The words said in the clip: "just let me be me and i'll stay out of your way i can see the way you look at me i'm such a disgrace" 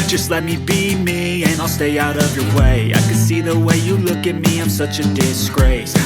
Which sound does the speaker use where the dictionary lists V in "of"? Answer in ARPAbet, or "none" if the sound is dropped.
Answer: V